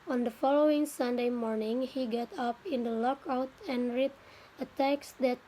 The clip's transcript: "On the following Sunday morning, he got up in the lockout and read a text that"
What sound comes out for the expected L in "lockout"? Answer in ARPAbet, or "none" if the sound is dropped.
L